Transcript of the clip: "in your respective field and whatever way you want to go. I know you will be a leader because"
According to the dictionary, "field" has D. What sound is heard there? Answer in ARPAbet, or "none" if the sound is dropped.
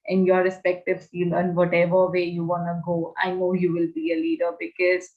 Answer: none